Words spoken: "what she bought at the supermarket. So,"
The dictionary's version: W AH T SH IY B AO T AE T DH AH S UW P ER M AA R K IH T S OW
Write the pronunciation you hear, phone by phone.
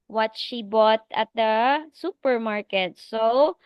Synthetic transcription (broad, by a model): W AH T SH IY B AO T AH T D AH S UW P ER M AA R K IH T S OW